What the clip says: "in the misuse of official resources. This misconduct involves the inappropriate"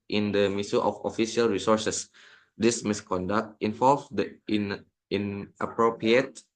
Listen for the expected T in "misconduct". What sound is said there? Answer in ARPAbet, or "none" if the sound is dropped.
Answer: T